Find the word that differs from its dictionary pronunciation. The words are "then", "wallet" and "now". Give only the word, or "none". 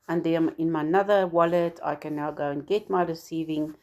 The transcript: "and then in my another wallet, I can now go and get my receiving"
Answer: then